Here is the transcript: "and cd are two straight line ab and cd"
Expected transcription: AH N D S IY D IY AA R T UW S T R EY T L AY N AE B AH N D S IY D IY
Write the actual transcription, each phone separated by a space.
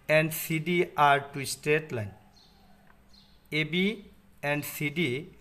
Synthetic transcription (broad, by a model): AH N D S IY D IY AA R T UW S T EY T L AY N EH B AH N D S IY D IY